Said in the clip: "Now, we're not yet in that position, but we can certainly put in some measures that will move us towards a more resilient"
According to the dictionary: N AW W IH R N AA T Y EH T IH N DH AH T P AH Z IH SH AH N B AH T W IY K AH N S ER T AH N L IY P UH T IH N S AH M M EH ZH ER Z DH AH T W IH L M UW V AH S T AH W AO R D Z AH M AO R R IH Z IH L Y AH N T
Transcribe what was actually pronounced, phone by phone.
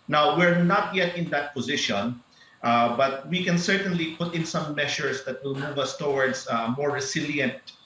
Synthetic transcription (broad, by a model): N AW W IH R N AA T Y EH T IH N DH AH T P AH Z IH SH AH N B AH T W IY K AH N S ER T AH N L IY P UH T IH N S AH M M EH SH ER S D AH T W IH L M UW V AH S T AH W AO R D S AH M AO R R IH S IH L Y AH N T